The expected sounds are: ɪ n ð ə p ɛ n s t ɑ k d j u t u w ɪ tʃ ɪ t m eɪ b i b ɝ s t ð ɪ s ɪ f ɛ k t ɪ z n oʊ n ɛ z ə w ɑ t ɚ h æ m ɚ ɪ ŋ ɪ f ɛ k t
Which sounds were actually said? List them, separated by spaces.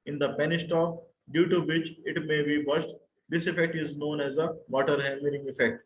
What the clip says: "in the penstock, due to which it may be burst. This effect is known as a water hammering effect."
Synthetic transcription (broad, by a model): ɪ n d ə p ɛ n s t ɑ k d j u t u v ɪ tʃ ɪ t m eɪ b i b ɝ ʃ t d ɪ s ɪ f ɛ k t ɪ z n oʊ n ɛ z ə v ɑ t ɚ h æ m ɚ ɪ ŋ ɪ f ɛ k t